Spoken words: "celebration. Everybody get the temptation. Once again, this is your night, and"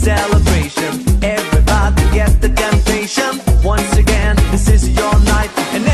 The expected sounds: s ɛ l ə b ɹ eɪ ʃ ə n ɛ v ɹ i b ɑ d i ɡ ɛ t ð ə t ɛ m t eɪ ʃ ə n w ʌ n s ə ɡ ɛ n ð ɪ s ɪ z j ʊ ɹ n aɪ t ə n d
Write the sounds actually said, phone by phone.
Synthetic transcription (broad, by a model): s ɛ l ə b ɹ eɪ ʃ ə n ɛ v ɹ i b ɑ d i ɡ ɛ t ð ə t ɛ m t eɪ ʃ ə n w ʌ n s ə ɡ ɛ n ð ɪ s ɪ z j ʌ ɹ n aɪ t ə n